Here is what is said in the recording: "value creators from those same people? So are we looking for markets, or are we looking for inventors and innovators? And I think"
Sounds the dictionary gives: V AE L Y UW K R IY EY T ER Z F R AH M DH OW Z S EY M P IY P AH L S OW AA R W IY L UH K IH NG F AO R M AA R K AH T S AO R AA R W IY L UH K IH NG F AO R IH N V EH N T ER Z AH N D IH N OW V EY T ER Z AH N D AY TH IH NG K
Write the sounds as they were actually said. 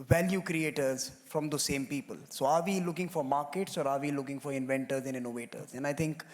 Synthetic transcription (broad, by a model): V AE L Y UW K R IY EY T ER Z F R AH M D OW S EY M P IY P AH L S OW AA R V IY L UH K IH NG F AO R M AA R K AH T S AO R AA R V IY L UH K IH NG F AO R IH N V EH N T ER Z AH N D IH N OW V EY T ER Z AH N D AY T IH NG K